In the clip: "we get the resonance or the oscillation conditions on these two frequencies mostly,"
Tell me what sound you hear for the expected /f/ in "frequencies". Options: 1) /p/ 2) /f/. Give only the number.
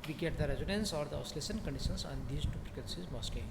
1